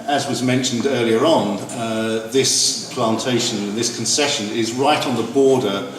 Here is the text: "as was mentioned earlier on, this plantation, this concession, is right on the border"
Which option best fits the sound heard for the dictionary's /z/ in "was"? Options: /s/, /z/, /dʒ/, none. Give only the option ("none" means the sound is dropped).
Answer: /z/